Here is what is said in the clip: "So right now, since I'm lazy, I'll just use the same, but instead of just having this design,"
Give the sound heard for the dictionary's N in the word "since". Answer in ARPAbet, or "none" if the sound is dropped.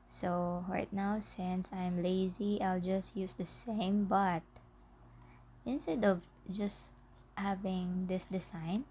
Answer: N